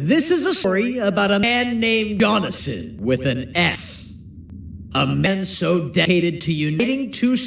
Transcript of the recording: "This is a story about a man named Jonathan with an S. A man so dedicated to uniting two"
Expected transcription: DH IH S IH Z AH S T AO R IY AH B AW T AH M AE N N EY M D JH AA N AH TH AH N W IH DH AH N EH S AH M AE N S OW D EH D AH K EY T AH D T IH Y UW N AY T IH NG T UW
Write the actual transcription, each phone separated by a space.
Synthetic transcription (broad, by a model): DH IH S IH Z AH S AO R IY AH B AW T AH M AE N N EY M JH AA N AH S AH N W IH DH AH N EH S AH M AE N S OW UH D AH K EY T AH D T IH Y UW N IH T IH NG T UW